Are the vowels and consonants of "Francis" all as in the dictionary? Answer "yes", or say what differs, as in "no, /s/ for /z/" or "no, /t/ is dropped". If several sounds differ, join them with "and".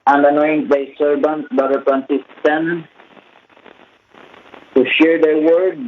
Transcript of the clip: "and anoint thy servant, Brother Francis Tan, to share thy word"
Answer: no, /p/ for /f/